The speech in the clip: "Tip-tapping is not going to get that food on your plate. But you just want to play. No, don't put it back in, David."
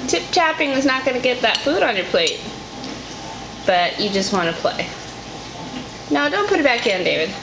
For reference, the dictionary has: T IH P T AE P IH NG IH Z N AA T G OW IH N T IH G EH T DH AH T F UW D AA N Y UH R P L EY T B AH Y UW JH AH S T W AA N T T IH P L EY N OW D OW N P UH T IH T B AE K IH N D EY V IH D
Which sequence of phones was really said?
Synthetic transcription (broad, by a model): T IH P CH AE P IH NG IH Z N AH T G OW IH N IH G EH T DH AH T F UW D N Y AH R P L EY T B AH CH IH JH AH S T W AA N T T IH P L EY N OW D OW N P UH T IH T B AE K IH N D EY V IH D